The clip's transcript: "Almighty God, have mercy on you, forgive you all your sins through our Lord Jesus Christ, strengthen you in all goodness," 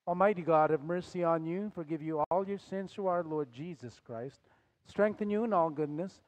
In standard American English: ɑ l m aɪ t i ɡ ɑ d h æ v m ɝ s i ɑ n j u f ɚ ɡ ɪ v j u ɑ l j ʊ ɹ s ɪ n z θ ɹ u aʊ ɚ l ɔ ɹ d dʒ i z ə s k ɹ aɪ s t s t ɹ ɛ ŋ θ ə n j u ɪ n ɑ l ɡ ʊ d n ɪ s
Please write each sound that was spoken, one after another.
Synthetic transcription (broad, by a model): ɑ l m aɪ t i ɡ ɑ d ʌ v m ɝ s i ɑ n j u f ɚ ɡ ɪ v j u ɑ l j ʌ ɹ s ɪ n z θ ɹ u aʊ ɚ l ɔ ɹ d dʒ i z ə s k ɹ aɪ s t s t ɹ ɛ ŋ θ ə n j u ɪ n ɑ l ɡ ʊ d n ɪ s